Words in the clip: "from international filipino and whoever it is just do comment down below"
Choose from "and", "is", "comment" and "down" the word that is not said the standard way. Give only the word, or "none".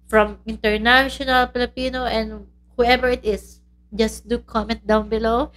is